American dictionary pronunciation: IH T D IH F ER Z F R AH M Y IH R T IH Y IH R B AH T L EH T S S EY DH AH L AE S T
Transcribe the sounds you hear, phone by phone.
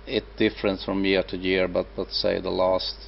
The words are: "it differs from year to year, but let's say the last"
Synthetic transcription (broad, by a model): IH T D IH F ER S F R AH M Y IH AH T IH Y IH R B AH T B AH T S S EY DH AH L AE S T